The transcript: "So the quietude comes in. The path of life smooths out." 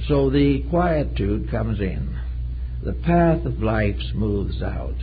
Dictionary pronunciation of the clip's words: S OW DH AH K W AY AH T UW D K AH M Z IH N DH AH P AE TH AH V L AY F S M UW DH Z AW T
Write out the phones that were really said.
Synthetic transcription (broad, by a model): S OW DH AH K W AY AH T UW D K AH M Z IH N DH AH P AE TH AH V L AY F S M UW DH Z AW T